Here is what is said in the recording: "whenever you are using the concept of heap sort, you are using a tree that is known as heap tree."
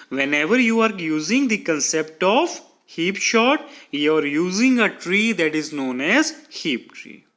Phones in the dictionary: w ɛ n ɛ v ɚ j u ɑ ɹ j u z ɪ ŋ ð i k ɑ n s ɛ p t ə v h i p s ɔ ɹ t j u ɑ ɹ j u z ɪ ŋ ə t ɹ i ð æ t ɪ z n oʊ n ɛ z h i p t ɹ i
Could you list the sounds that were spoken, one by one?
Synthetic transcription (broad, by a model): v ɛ n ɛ v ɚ j u ɑ ɹ j u z ɪ ŋ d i k ɑ n s ɛ p t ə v h i p ʃ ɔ t j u ɑ ɹ j u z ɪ ŋ ə t ɹ i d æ t ɪ z n oʊ n ɛ z h i p t ɹ i